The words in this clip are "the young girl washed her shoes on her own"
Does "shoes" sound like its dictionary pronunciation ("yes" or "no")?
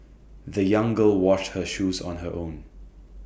yes